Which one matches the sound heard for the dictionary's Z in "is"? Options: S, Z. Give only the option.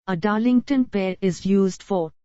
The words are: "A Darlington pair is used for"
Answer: Z